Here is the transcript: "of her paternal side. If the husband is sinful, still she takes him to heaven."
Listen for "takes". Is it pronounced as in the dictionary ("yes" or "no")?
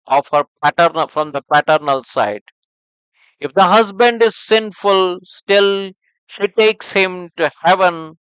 yes